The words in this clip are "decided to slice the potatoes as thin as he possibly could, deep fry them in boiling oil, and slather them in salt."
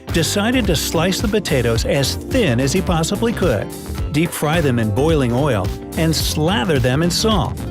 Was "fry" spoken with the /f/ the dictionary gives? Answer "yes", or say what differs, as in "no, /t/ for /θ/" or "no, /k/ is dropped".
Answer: yes